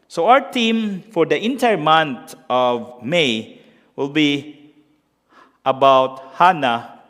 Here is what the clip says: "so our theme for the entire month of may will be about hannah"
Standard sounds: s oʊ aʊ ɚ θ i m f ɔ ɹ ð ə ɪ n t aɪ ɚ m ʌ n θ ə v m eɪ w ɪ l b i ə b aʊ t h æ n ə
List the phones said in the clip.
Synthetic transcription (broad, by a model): s oʊ aʊ ɚ t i m f ɔ ɹ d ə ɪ n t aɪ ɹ m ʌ n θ ə v m eɪ w ɪ l b i ə b aʊ t h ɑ n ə